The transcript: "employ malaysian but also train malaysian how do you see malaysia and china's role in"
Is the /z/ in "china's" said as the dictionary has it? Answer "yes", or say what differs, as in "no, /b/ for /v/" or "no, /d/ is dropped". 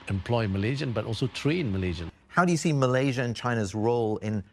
yes